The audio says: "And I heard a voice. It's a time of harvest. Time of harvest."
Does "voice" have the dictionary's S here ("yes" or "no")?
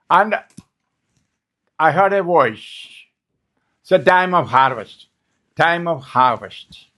no